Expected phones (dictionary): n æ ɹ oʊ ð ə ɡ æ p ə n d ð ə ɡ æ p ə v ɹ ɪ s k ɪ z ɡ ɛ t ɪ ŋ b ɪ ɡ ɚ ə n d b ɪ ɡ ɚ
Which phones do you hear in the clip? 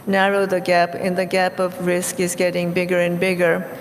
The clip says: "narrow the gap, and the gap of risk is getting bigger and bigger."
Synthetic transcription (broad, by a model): n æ ɹ oʊ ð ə ɡ æ p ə n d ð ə ɡ æ p ə v ɹ ɪ s k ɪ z ɡ ɛ t ɪ ŋ b ɪ ɡ ɚ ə n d b ɪ ɡ ɚ